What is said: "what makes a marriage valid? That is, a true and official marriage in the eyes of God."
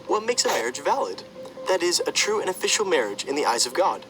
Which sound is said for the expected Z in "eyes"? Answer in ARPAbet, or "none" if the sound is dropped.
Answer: Z